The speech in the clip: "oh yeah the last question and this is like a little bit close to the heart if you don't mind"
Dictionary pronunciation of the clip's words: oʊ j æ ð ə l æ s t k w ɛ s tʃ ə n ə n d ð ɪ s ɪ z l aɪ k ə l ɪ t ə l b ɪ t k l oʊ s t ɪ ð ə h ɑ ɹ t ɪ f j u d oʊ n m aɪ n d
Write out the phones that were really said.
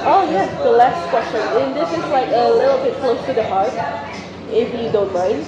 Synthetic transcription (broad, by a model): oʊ j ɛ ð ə l æ s t k w ɛ s tʃ ə n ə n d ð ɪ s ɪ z l aɪ k ə l ɪ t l b ɪ t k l oʊ s t ɪ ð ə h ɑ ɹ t ɪ f j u d oʊ n m aɪ n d